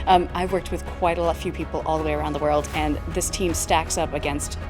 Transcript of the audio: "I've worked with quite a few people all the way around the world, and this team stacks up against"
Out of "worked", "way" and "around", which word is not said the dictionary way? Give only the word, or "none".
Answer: none